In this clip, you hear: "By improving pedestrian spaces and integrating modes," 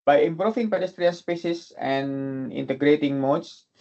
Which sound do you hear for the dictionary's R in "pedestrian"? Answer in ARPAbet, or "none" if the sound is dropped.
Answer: R